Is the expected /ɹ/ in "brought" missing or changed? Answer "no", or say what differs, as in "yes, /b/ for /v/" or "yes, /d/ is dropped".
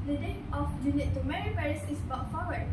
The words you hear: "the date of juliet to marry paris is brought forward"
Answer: yes, /ɹ/ is dropped